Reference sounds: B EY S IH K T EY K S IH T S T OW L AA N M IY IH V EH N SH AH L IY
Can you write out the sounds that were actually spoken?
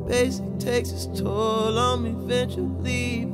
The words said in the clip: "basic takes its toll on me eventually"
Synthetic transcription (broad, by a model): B EY S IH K T EY K S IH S T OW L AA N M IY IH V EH N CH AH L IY